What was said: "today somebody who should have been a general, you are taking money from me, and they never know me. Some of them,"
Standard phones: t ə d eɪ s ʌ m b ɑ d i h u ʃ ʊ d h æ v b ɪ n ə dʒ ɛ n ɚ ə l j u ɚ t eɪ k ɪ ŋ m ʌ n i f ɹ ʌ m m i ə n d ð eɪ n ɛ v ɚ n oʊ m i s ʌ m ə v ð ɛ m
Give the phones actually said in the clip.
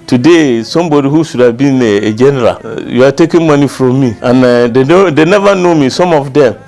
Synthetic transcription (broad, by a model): t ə d eɪ s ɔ m b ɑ d i h u s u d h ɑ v b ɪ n ə dʒ ɛ n ɚ ə l j u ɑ t eɪ k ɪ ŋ m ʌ n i f ɹ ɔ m m i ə n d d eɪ n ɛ v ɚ n oʊ m i s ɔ m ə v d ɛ m